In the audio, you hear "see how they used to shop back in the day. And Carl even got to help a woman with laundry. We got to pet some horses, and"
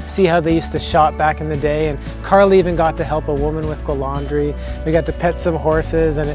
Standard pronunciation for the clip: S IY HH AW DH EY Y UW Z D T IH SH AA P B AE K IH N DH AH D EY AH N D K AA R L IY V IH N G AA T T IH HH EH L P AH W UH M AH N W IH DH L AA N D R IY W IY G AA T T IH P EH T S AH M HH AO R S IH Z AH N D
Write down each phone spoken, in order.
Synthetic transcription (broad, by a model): S IY HH AW DH EY Y UW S T IH SH AA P B AE K IH N DH AH D EY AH N K AA R L IY V IH N G AA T T IH HH EH L P AH W UH M AH N W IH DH L AA N D R IY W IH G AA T T IH P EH T S AH M HH AO R S IH Z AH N